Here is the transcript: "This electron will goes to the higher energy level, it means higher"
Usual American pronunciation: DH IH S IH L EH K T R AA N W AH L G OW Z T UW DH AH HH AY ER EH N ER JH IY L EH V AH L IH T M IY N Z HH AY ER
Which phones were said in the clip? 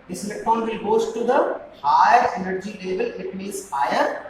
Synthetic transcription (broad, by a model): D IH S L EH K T AA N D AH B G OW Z T UW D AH HH AY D EH N ER JH IY L EH V AH L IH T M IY Z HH AY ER